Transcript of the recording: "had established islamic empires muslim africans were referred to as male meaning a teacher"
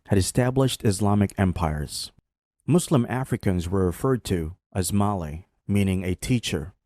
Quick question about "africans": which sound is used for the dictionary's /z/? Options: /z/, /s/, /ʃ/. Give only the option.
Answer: /z/